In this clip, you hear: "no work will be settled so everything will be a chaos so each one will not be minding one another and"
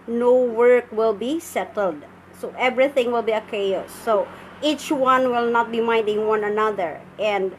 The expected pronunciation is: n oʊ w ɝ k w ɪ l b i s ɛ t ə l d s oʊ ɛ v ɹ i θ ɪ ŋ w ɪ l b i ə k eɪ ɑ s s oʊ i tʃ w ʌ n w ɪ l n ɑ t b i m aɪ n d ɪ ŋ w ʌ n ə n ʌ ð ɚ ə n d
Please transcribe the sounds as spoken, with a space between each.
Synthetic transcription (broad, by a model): n oʊ w ɝ k w ɪ l b i s ɛ t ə l d s oʊ ɛ v ɹ i θ ɪ ŋ w ɪ l b i ə k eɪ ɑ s s oʊ i tʃ w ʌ n w ɪ l n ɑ t b i m aɪ n d ɪ ŋ w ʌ n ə n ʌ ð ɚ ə n d